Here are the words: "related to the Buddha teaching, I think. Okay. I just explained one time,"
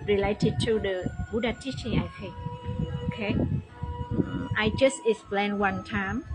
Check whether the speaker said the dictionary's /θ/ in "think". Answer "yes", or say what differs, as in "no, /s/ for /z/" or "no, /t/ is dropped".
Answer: no, /f/ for /θ/